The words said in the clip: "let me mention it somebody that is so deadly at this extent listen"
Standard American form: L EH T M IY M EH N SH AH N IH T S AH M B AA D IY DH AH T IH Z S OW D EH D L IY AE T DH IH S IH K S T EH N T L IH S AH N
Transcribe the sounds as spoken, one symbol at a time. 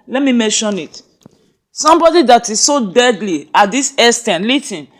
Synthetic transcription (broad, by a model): L EH T M IY M EH N SH AH N IH T S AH M B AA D IY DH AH T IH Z S OW D EH D L IY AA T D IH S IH S T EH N L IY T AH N